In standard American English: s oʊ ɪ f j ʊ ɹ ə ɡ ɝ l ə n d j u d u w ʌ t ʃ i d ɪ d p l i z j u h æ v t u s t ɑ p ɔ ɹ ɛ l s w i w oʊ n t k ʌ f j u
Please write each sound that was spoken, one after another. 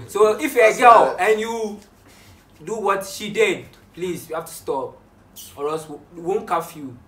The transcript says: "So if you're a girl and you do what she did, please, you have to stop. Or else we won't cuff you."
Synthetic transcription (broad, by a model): s oʊ ɪ f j ə ɡ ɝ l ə n j u d u w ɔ t ʃ i d ɪ d p l i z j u h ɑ f t u s t ɑ p ɔ ɹ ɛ s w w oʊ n k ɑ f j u